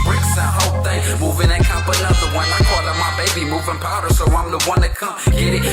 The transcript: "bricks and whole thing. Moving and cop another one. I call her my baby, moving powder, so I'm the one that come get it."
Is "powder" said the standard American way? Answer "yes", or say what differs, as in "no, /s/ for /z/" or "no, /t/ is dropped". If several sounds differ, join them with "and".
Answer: yes